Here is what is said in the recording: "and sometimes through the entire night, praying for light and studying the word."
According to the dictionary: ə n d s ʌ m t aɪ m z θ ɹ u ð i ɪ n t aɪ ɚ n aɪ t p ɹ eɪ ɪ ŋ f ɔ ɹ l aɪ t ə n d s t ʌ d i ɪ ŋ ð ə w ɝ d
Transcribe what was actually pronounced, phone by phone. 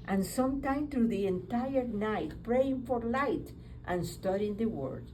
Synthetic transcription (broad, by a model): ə n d s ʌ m t aɪ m θ ɹ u ð i ɪ n t aɪ ɚ n aɪ t p ɹ eɪ ɪ ŋ f ɔ ɹ l aɪ t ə n s t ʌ d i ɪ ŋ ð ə w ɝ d